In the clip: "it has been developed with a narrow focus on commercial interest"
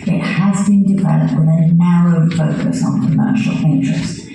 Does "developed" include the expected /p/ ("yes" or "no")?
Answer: no